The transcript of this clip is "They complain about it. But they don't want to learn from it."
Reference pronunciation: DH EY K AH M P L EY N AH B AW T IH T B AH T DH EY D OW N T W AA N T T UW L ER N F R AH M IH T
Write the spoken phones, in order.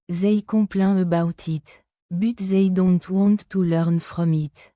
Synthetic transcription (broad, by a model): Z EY K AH P L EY AH B AW T IH T B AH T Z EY D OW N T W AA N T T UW L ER N F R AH M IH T